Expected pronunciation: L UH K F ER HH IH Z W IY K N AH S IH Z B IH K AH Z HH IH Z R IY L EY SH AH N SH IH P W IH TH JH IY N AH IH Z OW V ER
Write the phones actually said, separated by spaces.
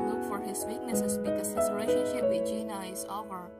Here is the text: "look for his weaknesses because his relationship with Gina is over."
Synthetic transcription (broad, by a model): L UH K F ER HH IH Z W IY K N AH S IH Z B IH K AH Z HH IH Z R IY IH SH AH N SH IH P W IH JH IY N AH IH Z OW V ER